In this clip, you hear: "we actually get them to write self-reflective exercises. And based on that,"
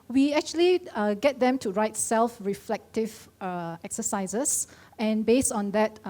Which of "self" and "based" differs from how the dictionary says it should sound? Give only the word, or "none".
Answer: none